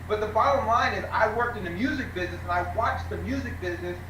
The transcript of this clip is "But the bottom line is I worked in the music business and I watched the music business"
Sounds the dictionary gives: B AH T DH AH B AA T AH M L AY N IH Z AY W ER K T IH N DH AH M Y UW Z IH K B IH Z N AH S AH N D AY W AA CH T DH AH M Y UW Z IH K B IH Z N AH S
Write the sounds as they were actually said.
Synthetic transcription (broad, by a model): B AH T DH AH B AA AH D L AY N IH Z AY W ER K T IH N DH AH M Y UW Z IH K B IH Z N AH S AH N AY W AA CH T DH AH M Y UW Z IH K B IH Z N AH S